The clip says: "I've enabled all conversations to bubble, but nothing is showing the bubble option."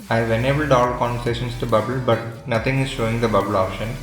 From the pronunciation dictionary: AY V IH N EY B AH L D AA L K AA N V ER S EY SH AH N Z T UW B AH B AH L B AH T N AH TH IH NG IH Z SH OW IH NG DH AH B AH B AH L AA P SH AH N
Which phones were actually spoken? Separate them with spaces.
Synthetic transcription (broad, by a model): AY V IH N EY B AH L D AA L K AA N V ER S EY SH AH N S T UW B AH B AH L B AH T N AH T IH NG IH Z SH OW IH NG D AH B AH B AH L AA P SH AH N